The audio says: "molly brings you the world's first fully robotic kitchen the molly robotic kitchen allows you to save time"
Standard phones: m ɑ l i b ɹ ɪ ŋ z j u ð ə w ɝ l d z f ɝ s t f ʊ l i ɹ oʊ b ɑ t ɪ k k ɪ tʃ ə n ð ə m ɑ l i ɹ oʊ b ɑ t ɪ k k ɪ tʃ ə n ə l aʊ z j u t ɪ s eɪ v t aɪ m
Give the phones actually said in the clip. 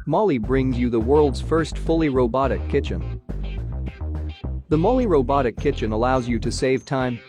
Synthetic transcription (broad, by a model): m ɑ l i b ɹ ɪ ŋ z j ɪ ð ə w ɝ l d z f ɝ s t f ʊ l i ɹ oʊ b ɑ t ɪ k k ɪ tʃ ə n ð ə m ɑ l i ɹ oʊ b ɑ t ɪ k k ɪ tʃ ə n ə l aʊ z j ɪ t ɪ s eɪ v t aɪ m